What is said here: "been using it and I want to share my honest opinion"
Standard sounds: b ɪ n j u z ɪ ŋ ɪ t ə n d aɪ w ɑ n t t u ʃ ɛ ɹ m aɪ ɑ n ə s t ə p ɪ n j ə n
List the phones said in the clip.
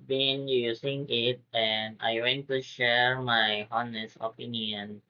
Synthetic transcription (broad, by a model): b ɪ n j u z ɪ ŋ ɪ t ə n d aɪ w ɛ n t t u ʃ ɛ ɹ m aɪ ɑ n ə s ə p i n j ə n